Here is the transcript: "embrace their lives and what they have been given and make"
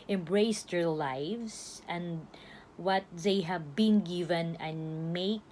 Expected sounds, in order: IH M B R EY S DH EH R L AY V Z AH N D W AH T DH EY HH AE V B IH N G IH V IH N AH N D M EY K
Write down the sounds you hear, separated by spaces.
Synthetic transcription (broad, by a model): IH M B R EY S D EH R L AY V S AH N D W AH T DH EY HH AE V B IH N G IH V IH N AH N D M EY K